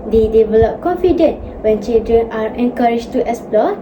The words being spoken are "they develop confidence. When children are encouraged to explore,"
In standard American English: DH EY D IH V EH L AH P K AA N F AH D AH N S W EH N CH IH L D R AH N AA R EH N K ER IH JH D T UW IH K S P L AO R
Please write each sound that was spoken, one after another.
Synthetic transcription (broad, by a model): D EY D IH V EH L AH P K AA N F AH D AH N W EH N CH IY L D R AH N AA R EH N K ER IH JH T UW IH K S P L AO